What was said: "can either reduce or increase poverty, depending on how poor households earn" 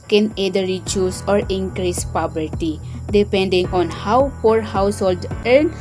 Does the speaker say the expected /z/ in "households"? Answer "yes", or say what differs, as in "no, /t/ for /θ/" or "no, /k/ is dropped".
no, /z/ is dropped